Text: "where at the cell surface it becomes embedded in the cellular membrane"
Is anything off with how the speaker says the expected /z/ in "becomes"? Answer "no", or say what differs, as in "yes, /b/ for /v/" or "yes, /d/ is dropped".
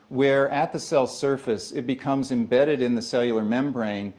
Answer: no